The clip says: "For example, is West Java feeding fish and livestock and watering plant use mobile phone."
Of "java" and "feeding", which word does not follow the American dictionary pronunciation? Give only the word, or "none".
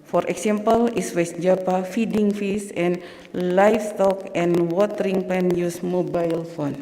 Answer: java